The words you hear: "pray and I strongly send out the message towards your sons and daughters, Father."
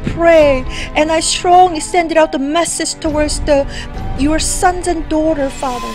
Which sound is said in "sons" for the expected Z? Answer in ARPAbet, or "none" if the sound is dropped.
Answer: Z